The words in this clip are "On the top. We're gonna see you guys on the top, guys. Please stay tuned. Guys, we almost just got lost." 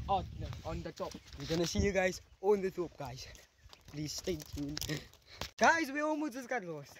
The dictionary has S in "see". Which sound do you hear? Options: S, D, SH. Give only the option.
S